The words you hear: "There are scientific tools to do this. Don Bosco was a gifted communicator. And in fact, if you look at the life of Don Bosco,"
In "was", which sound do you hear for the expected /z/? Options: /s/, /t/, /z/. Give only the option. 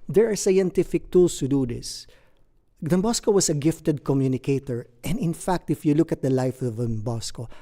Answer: /s/